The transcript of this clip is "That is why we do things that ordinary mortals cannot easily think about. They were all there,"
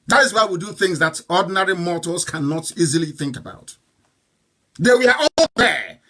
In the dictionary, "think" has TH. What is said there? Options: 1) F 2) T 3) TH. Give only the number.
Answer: 3